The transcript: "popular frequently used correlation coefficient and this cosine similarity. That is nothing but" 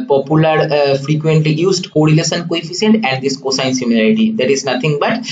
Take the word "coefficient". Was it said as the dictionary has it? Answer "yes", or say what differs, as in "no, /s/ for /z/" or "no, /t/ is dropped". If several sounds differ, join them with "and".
no, /s/ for /ʃ/